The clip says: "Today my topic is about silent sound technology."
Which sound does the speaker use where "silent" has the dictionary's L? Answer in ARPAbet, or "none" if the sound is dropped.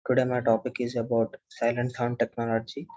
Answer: L